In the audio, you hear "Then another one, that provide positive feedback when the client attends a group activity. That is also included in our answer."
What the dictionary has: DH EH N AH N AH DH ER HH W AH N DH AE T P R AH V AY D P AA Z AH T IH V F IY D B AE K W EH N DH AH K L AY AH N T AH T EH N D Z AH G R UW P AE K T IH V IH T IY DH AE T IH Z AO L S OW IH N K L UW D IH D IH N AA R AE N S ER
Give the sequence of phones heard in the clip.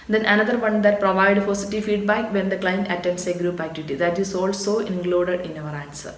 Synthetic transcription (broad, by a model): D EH N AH N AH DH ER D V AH N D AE T P R AH V AY D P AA S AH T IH F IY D B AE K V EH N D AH K L AY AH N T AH T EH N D S AH G R UW P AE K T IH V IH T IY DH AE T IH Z AO L S OW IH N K L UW D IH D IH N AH R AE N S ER